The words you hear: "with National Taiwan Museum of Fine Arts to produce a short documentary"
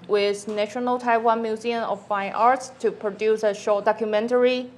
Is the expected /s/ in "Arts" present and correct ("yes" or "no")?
yes